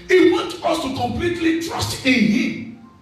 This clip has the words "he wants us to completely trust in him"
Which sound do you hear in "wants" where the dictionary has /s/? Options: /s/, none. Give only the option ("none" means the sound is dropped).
none